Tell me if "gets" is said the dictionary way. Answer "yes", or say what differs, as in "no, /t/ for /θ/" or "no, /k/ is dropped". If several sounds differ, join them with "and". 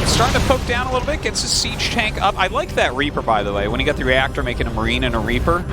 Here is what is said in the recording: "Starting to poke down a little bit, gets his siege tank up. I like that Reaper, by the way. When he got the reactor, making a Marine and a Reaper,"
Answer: yes